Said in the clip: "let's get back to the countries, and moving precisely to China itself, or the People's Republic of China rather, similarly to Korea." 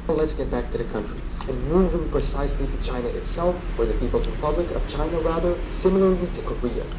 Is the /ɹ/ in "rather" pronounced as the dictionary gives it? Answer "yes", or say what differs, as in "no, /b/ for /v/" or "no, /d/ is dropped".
yes